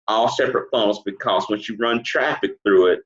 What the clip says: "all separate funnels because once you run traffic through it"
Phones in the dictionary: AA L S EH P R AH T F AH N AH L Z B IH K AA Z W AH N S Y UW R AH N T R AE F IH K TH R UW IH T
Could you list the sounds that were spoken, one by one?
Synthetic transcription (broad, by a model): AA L S EH P R AH T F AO AH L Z B IH K AA Z W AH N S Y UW R AH N T R AE F IH K TH R UW IH T